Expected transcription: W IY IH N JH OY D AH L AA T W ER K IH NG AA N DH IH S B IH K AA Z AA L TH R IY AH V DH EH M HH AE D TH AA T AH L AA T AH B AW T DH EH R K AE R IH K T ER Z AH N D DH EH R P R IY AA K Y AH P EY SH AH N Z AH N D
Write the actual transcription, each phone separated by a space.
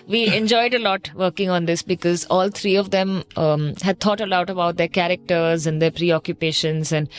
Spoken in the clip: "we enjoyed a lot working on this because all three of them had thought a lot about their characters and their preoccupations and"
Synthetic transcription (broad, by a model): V IY IH N JH OY D AH L AA T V ER K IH NG AA N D IH S B IH K AA Z AA L T R IY AH V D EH M HH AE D T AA T AH L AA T AH B AW T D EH R K AE R IH K T ER Z AH N D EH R P R IY AA K Y AH P EY SH AH N Z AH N D